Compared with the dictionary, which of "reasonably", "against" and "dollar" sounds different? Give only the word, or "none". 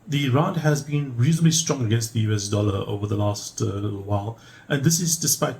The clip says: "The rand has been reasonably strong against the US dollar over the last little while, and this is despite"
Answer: none